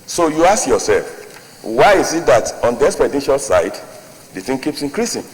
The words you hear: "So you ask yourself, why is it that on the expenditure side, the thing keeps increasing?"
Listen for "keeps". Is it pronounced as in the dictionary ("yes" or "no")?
yes